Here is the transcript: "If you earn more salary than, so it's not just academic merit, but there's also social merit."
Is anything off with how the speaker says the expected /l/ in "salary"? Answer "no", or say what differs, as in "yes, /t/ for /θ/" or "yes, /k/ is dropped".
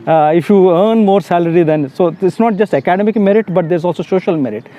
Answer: no